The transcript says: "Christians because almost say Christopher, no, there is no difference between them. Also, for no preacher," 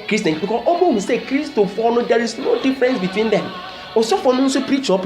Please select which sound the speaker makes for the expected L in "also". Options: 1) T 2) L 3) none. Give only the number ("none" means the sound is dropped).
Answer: 3